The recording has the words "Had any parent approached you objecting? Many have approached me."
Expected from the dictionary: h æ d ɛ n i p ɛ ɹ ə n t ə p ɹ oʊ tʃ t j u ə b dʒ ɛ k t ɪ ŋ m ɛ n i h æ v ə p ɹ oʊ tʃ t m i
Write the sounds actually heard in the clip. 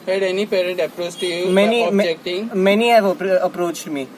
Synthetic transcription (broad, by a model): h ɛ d ɛ n i p ɛ ɹ ə n t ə p ɹ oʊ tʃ t j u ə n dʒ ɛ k t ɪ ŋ m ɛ n i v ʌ p ə p ɹ oʊ tʃ t m i